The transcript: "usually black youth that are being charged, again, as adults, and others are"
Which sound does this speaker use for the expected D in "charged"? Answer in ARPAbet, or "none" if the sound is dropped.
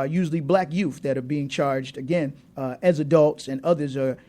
D